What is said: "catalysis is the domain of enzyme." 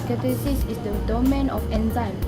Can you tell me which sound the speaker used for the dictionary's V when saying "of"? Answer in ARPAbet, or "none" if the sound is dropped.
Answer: F